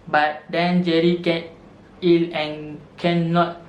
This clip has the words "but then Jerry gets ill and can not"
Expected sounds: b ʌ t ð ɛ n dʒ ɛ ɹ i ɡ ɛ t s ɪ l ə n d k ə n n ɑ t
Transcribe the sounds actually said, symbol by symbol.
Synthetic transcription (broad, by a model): b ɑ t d ɛ n dʒ ɛ ɹ i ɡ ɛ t i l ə n k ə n n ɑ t